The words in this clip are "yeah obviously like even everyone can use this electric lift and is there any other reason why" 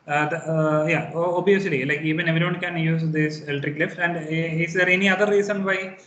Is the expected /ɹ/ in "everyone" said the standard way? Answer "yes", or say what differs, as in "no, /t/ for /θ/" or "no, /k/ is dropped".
no, /ɹ/ is dropped